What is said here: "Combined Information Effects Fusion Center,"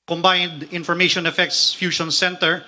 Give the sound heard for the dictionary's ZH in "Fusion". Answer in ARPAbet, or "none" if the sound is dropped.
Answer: SH